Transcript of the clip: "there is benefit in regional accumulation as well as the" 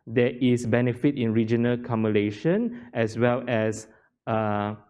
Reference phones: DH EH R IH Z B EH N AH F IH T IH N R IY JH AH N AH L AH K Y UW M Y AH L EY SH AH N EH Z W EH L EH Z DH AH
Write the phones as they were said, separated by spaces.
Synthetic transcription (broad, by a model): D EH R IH S B EH N AH F IH T IH N R IY JH AH N AH L K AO M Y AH L EY SH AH N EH S W EH L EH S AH